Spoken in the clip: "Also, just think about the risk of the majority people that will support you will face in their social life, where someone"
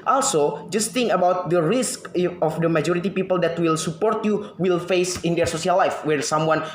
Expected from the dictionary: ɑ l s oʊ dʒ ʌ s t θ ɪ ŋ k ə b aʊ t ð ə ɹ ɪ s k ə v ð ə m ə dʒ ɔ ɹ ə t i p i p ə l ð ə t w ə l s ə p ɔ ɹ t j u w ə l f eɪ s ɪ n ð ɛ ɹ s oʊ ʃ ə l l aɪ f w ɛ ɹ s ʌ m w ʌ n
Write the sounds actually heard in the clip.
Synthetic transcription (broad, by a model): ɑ l s oʊ dʒ ʌ s t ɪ ŋ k ə b aʊ t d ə ɹ ɪ s k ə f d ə m ə dʒ ɔ ɹ ə t i p i p ə l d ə t w ə l s ə p ɔ ɹ t j u w ə l f eɪ s ɪ n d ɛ ɹ s oʊ s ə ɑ l aɪ f w ɛ ɹ s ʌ m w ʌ n